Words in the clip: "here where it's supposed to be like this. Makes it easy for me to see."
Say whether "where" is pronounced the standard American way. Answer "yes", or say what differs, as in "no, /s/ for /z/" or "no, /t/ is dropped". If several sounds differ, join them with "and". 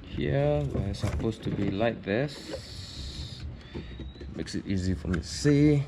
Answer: no, /w/ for /ɹ/